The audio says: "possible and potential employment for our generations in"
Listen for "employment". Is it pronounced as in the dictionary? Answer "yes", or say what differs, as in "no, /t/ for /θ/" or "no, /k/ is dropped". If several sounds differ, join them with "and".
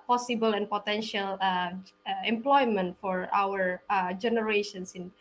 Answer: yes